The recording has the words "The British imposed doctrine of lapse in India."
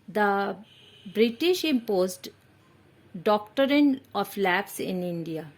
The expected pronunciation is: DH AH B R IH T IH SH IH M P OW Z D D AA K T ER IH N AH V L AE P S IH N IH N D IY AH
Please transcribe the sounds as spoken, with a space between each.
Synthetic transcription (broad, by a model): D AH B R IH T IH SH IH M P OW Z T D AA K T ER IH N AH F L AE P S IH N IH N D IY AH